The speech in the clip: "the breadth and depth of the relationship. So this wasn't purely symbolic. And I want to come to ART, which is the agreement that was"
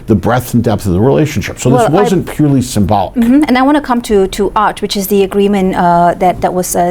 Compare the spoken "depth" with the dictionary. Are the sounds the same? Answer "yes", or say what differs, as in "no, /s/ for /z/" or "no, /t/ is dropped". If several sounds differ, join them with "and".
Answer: yes